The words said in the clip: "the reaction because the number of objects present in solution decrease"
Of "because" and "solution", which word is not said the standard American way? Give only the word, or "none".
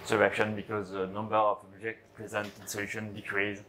none